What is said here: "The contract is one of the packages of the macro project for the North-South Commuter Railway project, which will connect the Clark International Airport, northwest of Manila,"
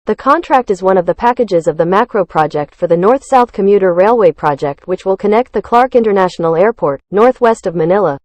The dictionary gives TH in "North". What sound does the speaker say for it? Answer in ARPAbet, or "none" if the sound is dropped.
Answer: TH